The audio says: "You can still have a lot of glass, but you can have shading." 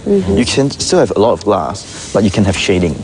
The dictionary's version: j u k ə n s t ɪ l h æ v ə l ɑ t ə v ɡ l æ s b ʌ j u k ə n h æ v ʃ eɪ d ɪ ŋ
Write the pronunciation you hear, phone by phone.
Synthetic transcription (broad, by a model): j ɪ k ə n s t ɪ l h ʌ v ə l ɑ t ə v ɡ l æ s b ʌ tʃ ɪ k ə n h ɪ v ʃ eɪ d ɪ ŋ